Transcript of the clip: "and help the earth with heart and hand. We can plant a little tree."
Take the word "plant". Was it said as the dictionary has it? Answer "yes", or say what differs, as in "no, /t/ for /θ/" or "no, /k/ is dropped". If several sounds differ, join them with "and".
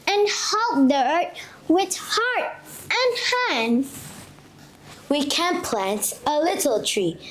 yes